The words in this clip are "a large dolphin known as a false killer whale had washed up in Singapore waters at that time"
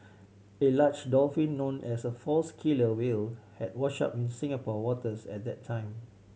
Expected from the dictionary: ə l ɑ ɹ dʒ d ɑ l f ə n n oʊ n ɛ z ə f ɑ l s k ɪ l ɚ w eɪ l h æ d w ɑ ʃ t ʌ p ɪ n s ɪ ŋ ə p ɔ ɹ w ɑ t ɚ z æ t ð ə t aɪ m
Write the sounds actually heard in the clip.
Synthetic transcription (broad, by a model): ə l ɑ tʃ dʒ d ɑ l f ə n n oʊ n ɛ s ə f ɑ l s k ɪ l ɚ w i l h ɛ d w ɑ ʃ ɑ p ɪ n s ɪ ŋ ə p ɔ w ɑ t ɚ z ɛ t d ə t aɪ m